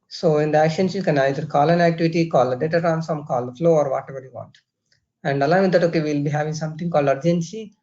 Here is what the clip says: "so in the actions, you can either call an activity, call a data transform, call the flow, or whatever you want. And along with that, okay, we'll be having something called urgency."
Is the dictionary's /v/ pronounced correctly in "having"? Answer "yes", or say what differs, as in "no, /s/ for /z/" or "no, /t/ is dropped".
yes